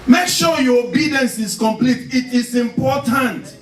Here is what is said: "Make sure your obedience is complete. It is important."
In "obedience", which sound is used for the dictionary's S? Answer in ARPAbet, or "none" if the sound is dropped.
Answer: S